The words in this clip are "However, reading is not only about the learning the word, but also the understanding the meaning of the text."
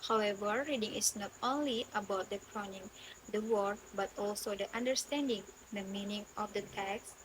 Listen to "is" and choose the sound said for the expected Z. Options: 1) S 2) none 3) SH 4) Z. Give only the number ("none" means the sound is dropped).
1